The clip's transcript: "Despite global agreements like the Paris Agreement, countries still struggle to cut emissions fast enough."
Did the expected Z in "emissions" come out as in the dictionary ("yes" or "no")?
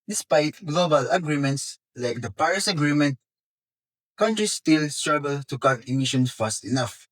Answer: no